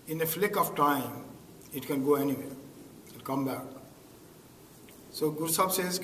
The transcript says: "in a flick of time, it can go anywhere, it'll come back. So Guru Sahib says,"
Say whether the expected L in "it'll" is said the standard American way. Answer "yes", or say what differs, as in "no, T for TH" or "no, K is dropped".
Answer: no, N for L